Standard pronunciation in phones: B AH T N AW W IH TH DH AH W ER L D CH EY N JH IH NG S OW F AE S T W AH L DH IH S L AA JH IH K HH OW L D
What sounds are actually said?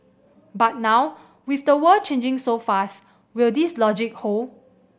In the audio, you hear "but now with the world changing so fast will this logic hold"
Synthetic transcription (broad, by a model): B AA T N AW W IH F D AH W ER CH EY N JH IH NG S OW F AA S T W AH L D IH S L AA JH IH K HH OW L